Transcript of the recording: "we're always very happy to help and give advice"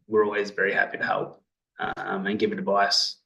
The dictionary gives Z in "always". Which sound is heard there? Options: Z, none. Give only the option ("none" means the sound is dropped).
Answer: Z